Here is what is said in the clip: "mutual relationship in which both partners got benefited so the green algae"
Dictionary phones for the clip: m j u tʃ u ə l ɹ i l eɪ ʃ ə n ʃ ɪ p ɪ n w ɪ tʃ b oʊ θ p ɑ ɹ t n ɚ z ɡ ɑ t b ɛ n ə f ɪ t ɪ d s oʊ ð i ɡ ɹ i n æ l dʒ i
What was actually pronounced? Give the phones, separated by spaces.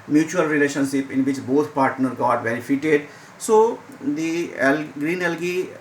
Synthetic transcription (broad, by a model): m j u tʃ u ə l ɹ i l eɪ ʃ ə n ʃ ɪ p ɪ n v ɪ tʃ b oʊ t p ɑ ɹ t n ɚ ɡ ɑ t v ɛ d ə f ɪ t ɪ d s oʊ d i ɡ ɹ i n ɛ l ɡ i